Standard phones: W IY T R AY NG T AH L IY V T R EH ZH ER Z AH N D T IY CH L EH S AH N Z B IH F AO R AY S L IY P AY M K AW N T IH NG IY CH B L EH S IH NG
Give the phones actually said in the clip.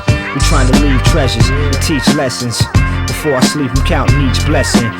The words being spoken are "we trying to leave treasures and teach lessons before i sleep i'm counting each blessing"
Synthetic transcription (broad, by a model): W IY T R AY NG T AH L IY V T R EH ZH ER Z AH T IY CH L EH S AH N Z B IH F AO R AY S L IY P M K AW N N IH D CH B L EH S IH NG